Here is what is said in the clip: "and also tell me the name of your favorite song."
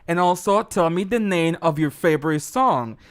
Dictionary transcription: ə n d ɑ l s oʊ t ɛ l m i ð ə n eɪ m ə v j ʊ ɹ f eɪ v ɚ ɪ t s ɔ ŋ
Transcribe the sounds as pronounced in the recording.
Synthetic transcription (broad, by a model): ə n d ɑ l s oʊ t ɛ l m i ð ə n eɪ m ə v j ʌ ɹ f eɪ v ɚ ɪ t s ɔ ŋ